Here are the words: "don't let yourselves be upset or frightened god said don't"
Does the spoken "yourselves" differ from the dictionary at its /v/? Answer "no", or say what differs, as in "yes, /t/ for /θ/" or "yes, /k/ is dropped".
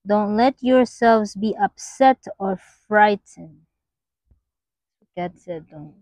no